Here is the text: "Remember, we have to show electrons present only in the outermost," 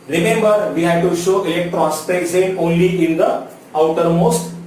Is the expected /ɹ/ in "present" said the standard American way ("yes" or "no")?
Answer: no